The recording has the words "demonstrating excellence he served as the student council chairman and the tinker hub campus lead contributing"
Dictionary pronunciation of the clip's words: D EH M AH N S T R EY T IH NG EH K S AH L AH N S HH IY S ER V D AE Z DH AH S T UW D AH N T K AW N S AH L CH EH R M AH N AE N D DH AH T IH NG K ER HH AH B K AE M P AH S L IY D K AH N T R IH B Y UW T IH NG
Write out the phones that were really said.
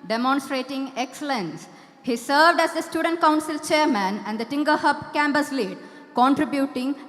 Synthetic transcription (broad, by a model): D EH M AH N S T R EY T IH NG EH K S AH L AH N S HH IY S ER V D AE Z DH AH S T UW D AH N T K AW N S AH L CH EH R M AH N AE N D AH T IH NG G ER HH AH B K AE M B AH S L IY D K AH N T R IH B Y UW T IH NG